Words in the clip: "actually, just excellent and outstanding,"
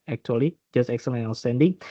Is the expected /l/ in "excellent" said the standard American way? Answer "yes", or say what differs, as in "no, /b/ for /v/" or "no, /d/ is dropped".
no, /l/ is dropped